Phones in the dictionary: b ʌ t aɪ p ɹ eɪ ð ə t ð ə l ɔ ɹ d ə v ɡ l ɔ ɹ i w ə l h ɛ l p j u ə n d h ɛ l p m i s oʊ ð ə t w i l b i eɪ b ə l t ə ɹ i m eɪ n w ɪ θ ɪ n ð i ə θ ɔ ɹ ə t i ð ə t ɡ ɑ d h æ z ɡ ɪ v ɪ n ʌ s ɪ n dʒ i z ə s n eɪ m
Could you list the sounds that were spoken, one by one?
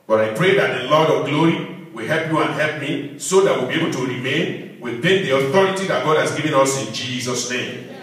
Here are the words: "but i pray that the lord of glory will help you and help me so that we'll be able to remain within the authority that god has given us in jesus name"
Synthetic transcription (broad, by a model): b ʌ t aɪ p ɹ eɪ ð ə t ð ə l ɔ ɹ d ə v ɡ l ɔ ɹ i w ə l h ɛ l p j u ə n h ɛ l p m i s oʊ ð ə t w i l b i eɪ b ə l t ə ɹ i m eɪ n w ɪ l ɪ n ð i ə θ ɔ ɹ ə t i ð ə t ɡ ɑ d h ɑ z ɡ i v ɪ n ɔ s ɪ n dʒ i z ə s n eɪ m